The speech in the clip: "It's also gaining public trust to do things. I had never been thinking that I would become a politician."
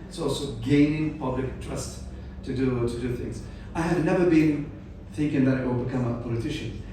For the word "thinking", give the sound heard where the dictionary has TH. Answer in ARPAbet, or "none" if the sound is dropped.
TH